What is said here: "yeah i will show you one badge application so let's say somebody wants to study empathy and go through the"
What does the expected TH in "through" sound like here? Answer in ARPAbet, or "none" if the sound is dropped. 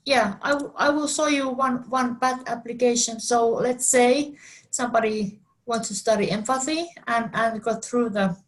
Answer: TH